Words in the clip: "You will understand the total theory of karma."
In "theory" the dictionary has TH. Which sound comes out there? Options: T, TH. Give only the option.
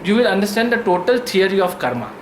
T